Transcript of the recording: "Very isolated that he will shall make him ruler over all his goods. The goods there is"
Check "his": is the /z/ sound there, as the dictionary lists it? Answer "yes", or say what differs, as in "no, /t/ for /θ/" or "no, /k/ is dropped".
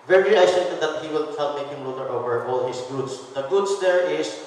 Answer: no, /s/ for /z/